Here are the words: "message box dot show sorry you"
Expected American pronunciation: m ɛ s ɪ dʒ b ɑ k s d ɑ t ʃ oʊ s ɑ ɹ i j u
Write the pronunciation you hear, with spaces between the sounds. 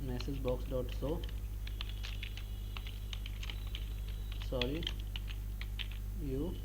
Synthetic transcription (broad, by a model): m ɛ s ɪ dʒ b ɑ k s d ɑ t s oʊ s ɑ ɹ i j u